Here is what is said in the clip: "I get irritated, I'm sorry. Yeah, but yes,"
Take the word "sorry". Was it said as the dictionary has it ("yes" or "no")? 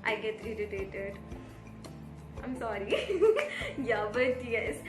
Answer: yes